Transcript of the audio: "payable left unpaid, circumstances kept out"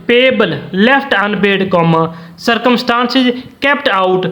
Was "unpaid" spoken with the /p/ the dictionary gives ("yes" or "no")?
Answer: no